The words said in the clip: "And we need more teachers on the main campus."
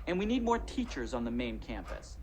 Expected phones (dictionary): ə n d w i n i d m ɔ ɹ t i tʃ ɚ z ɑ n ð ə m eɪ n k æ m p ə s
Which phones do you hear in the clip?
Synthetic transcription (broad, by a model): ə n w i n i d m ɔ ɹ t i tʃ ɚ z n ð ə m eɪ n k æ m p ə s